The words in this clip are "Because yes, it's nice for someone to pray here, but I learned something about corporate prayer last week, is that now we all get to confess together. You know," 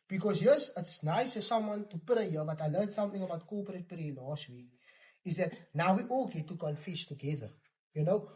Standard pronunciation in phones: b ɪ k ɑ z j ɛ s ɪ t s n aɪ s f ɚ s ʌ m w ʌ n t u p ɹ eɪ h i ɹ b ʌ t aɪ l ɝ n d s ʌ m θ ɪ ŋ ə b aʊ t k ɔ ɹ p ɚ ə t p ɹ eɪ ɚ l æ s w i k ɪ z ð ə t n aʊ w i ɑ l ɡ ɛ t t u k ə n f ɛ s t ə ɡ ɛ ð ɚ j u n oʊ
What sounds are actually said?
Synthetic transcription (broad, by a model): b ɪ k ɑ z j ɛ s ɪ t s n aɪ s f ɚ s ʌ m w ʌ n t u p ɹ eɪ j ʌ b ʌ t aɪ l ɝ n s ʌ m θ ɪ ŋ ə b aʊ t k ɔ p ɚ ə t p ɹ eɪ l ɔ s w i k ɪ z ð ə t n aʊ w i ɑ l ɡ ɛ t t u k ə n f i ʃ t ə ɡ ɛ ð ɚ j u n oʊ